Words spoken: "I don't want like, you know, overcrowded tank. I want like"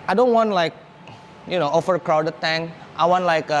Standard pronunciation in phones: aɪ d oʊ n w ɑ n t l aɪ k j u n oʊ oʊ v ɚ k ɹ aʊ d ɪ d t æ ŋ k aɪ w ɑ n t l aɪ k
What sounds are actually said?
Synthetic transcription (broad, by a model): aɪ d oʊ n w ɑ n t l aɪ k j u n oʊ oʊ f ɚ k ɹ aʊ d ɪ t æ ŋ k aɪ w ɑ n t l aɪ k